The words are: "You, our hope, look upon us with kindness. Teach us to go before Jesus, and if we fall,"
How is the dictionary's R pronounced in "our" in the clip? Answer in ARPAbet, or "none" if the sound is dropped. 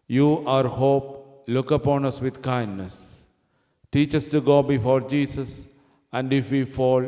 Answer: R